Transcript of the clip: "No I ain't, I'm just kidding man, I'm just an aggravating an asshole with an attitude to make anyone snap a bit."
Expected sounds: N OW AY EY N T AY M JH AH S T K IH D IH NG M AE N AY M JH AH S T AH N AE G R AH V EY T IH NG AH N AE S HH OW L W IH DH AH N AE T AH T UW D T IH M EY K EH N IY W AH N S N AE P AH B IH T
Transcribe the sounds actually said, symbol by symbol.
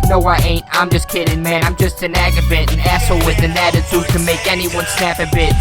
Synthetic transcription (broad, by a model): N OW AY EY N T AY M JH AH S K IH D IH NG M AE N AY M JH AH S T AH N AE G AH B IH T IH N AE S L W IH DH AH N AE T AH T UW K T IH M EY K EH N IY W AH N S N AE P AH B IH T